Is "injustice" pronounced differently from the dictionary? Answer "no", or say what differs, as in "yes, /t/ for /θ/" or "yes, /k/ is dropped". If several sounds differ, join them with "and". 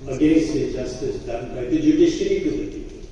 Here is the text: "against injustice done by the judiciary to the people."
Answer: yes, /n/ is dropped